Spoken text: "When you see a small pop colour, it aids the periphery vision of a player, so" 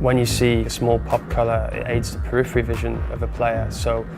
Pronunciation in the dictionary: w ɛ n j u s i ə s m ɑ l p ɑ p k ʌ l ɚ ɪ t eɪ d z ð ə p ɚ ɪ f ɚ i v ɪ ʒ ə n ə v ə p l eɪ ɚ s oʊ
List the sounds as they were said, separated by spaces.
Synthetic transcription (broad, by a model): w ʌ n j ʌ s i ə s m ɑ l p ɑ p k ʌ l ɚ ɪ t eɪ d z ð ə p ɚ ɪ f ɚ i v ɪ ʒ ə n ə v ə p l eɪ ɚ s oʊ